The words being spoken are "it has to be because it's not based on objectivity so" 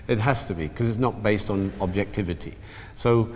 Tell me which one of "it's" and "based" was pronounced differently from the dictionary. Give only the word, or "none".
none